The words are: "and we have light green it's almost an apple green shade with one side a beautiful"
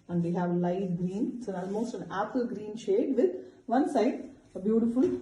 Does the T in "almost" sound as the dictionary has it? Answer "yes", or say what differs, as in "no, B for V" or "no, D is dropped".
yes